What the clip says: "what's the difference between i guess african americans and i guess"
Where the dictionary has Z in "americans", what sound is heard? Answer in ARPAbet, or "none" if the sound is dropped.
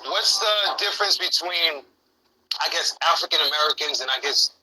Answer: Z